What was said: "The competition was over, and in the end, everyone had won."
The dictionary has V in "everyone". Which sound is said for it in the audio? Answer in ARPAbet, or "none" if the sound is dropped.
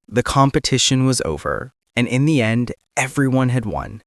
V